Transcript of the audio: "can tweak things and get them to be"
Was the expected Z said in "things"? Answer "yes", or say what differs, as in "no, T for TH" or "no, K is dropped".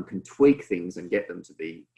yes